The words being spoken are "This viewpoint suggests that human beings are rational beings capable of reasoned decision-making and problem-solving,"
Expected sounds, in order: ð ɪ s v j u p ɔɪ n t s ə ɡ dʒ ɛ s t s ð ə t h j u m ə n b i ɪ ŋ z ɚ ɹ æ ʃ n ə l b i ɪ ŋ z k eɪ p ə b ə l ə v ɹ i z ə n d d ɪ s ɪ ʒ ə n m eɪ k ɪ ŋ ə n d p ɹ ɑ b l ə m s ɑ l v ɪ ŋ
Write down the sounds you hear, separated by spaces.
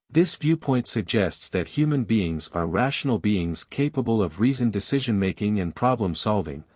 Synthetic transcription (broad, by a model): ð ɪ s v j u p ɔɪ n t s ə ɡ dʒ ɛ s t s ð ə t h j u m ə n b i ɪ ŋ z ɚ ɹ æ ʃ n l b i ɪ ŋ z k eɪ p ə b ə l ə v ɹ i z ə n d d ɪ s ɪ ʒ ə n m eɪ k ɪ ŋ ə n p ɹ ɑ b l ə m s ɑ l v ɪ ŋ